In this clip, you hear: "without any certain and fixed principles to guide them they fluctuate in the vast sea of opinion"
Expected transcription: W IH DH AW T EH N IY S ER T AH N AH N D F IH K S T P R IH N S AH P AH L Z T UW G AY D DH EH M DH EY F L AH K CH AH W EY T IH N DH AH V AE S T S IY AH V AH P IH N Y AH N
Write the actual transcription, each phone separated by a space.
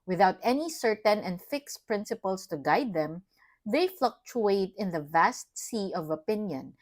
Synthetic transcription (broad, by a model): W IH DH AW T EH N IY S ER T AH N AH N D F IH K S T P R IH N S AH P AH L S T UW G AY D DH EH M DH EY F L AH K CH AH EY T IH N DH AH V AE S T S IY AH V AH P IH N Y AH N